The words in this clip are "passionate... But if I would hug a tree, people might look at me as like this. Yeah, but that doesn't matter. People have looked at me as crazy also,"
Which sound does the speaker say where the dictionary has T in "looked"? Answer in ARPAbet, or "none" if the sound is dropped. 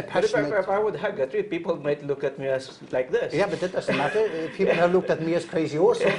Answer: T